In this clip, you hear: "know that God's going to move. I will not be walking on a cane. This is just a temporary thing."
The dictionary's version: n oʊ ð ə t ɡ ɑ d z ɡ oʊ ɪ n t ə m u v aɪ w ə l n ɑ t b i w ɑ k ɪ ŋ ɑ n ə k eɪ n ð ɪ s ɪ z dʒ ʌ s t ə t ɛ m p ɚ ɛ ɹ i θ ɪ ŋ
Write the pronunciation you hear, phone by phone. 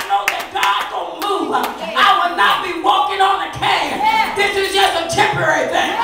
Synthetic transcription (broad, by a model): n oʊ ð ə t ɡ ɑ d ɡ oʊ ɪ n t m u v aɪ w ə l n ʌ t b i w ɑ k ɪ ŋ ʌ n ə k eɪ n ð ɪ s ɪ z dʒ ʌ s t ə t ɛ m p ɚ ɛ ɹ i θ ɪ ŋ